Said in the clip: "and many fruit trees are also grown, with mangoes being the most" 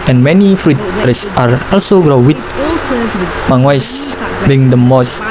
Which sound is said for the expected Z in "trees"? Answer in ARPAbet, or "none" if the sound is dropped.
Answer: S